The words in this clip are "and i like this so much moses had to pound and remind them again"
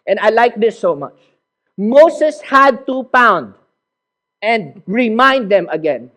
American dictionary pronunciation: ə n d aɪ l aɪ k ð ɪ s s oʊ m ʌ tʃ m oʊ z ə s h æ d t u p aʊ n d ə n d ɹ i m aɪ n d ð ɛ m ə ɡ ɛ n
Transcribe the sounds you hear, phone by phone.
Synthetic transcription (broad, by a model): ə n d aɪ l aɪ k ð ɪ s s oʊ m ʌ tʃ m oʊ s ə s h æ d t u p aʊ n d ə n d ɹ i m aɪ n d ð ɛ m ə ɡ ɛ n